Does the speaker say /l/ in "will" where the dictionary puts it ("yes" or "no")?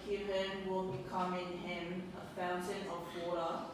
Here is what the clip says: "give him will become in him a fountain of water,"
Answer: yes